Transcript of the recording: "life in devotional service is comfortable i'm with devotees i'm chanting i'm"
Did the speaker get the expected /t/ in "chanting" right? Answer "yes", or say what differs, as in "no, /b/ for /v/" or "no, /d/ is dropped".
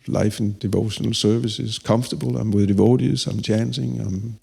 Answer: no, /s/ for /t/